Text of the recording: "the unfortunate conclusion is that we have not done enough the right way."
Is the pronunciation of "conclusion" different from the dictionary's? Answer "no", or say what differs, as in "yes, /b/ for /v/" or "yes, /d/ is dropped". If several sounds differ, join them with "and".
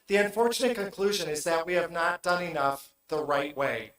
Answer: no